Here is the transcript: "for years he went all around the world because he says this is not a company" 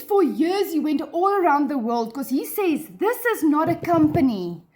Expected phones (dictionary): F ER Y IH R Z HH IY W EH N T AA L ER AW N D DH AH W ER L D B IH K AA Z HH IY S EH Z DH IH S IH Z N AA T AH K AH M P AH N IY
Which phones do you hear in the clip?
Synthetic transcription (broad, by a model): F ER Y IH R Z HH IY W EH N T AA L ER AW N D DH AH W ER L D K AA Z HH IY S EH Z DH IH S IH Z N AA T AH K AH M P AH N IY